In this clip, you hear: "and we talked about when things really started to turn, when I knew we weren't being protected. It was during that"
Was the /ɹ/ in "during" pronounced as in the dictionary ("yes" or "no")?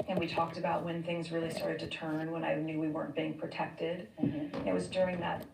yes